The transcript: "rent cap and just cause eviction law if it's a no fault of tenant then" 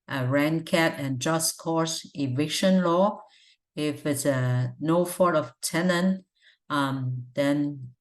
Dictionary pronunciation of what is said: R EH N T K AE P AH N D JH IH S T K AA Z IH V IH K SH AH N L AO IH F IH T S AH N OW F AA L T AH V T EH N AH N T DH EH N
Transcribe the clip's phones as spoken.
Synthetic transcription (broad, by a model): R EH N K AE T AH N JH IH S K AA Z IH V IH K SH AH N L AO IH F IH T S AH N OW F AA T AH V T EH N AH N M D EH N